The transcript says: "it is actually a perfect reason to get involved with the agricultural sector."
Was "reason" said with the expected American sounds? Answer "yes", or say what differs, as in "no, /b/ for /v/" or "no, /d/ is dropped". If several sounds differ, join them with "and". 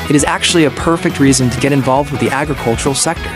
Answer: yes